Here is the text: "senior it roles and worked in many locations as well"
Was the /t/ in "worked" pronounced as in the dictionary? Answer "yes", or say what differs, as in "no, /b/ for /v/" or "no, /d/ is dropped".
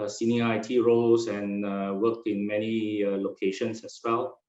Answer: no, /t/ is dropped